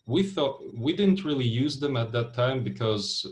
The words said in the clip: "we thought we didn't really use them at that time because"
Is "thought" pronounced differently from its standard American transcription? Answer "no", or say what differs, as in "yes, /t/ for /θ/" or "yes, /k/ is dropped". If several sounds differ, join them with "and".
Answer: no